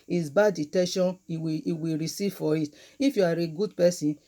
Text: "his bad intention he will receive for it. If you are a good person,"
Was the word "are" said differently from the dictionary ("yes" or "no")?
no